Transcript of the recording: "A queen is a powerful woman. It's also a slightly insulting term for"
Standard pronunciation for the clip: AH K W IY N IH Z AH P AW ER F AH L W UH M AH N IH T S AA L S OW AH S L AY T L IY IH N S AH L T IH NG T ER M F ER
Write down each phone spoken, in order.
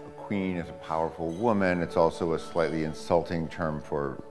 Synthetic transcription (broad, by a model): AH K W IY N IH Z AH P AW ER F L W UH M AH N IH T S AA L S OW AH S L AY T L IY IH N S AH L T IH NG T ER M F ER